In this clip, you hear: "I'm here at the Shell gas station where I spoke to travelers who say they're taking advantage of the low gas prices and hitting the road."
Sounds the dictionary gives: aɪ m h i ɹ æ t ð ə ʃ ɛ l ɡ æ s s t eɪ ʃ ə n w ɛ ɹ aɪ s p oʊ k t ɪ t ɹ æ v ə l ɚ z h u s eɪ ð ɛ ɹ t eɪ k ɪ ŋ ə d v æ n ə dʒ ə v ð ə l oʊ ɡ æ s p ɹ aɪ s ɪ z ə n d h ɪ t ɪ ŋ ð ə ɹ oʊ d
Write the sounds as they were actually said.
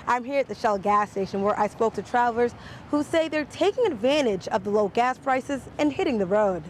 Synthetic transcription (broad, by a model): aɪ m h i ɹ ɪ t ð ə ʃ ɛ l ɡ æ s s t eɪ ʃ ə n w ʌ ɹ aɪ s p oʊ k t ɪ t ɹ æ ə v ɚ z h u s eɪ ð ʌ ɹ t eɪ k ɪ ŋ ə d v æ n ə dʒ ə v ð ə l oʊ ɡ æ s p ɹ aɪ s ɪ z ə n h ɪ t ɪ ŋ ð ə ɹ oʊ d